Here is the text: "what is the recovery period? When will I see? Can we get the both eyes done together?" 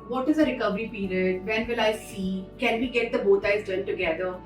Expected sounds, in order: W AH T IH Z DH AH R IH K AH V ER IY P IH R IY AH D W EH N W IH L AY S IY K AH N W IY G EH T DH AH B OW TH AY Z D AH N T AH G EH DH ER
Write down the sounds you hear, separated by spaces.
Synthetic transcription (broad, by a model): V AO T IH Z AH R IH K AH V ER IY P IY R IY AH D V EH N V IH L AY S IY K AH N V IY G EH T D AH B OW T AY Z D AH L T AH G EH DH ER